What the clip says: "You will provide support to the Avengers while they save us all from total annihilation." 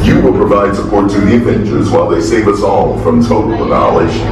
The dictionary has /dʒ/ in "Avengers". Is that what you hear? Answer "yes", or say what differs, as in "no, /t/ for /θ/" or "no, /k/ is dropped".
no, /tʃ/ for /dʒ/